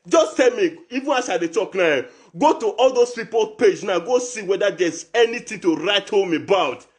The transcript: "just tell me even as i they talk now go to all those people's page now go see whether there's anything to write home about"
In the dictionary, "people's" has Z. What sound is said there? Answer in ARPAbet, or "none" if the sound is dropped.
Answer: none